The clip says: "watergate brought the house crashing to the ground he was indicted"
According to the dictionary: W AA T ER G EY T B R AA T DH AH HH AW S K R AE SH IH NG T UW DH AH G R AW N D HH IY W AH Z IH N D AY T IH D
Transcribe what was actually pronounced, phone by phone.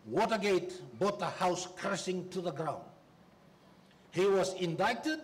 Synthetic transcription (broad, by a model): W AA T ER G EY T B AA T DH AH HH AW S K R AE S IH NG T UW DH AH G R AW N D HH IY W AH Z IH N D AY T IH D